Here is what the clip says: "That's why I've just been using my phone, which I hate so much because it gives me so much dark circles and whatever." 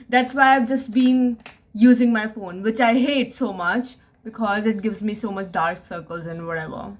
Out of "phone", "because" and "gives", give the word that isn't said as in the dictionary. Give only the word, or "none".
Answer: none